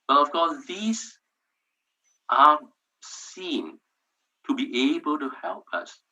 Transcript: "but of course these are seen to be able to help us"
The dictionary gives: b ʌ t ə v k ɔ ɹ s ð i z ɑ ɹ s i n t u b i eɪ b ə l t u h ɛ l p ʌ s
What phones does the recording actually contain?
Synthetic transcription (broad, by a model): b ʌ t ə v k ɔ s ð i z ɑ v s i n t u b i eɪ b ə l t u h ɛ l p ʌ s